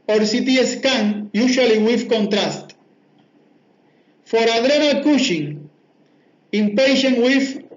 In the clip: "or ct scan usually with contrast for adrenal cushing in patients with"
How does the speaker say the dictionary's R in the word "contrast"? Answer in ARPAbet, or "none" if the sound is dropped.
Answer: R